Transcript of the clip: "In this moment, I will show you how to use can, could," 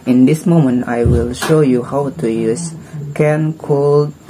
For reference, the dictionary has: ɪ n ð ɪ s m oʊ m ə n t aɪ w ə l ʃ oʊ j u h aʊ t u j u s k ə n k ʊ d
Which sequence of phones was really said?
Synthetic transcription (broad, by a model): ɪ n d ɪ s m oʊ m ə n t aɪ w ə l ʃ oʊ j u h aʊ t u j u s k ə n k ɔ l